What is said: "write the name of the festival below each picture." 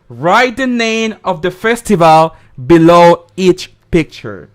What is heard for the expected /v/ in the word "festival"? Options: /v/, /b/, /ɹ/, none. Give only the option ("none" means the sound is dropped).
/v/